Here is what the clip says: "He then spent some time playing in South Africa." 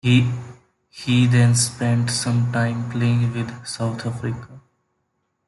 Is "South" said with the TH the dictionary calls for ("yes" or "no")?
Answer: no